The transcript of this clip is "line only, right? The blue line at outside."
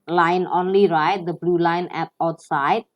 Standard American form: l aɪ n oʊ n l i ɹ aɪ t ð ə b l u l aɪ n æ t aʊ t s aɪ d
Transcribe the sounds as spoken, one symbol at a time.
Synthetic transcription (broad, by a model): l aɪ n oʊ n l i ɹ aɪ t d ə b l u l aɪ n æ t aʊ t s aɪ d